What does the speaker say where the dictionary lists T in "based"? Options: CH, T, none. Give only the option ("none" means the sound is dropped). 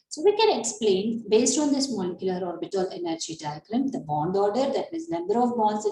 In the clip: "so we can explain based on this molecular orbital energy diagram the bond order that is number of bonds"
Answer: T